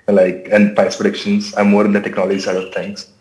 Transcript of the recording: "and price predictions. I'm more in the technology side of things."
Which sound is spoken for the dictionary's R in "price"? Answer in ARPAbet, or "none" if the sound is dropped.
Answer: none